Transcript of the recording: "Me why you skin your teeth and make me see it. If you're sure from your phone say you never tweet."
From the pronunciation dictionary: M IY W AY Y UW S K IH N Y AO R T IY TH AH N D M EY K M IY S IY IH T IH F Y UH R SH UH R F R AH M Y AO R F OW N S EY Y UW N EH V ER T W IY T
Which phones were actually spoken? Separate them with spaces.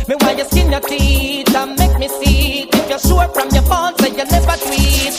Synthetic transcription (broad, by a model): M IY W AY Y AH S K IH N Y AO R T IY T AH M EY K M IY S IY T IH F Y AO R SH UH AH F R AH M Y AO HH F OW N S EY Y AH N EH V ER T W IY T